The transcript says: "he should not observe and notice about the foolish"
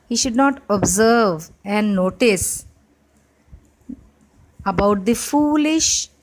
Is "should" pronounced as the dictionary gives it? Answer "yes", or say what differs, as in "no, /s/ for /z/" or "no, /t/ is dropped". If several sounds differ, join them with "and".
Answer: yes